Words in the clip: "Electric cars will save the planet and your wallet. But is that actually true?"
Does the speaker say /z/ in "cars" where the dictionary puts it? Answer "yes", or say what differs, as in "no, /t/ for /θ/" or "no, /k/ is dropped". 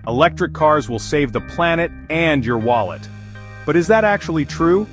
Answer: yes